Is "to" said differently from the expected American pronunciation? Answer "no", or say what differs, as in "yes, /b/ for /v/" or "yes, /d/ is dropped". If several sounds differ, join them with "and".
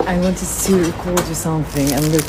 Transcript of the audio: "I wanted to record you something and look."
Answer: yes, /s/ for /t/